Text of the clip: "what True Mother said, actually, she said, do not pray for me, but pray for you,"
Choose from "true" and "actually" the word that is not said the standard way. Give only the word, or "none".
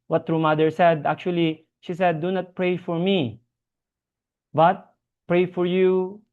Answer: none